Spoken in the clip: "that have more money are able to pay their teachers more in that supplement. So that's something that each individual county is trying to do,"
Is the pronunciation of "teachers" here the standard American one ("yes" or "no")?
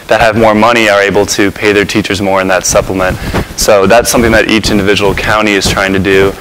yes